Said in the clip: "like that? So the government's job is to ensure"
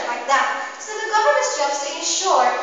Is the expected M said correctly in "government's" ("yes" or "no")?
no